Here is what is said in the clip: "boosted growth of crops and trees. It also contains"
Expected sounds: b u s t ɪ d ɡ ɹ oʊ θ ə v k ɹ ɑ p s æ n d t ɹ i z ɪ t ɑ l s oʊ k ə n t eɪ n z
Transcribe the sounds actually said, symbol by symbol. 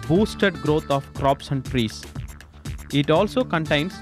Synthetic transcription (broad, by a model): b u s t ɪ d ɡ ɹ oʊ t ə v k ɹ ɑ p s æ n d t ɹ i s ɪ t ɑ l s oʊ k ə n t eɪ n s